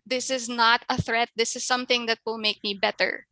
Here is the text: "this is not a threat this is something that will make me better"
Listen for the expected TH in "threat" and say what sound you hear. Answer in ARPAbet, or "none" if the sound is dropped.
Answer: TH